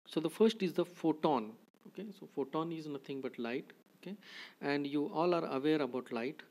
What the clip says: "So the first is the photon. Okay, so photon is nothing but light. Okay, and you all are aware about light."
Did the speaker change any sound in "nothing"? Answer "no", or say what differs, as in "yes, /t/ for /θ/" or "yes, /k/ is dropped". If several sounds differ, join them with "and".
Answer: yes, /t/ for /θ/